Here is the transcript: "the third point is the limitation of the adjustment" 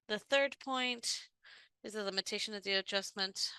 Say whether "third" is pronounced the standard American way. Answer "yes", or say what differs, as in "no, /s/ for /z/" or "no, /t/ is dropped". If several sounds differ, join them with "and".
yes